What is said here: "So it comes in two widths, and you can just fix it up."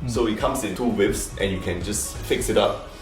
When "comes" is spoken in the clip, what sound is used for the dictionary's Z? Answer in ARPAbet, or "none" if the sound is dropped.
S